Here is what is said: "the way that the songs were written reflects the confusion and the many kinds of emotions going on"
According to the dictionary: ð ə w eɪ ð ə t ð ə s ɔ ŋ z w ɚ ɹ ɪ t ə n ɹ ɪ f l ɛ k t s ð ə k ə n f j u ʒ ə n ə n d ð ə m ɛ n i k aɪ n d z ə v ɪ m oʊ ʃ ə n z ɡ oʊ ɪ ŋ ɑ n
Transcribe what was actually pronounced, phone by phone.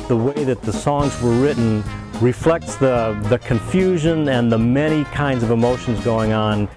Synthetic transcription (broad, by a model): ð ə w eɪ ð ə t ð ə s ɔ ŋ z w ɚ ɹ ɪ t n ɹ ɪ f l ɛ k t s ð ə k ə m f j u ʒ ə n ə n ð ə m ɛ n i k aɪ n d z ə v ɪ m oʊ ʃ n z ɡ oʊ ɪ ŋ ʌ n